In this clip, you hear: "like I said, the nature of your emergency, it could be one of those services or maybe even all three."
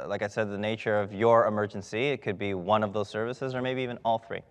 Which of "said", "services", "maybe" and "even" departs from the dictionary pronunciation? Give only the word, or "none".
none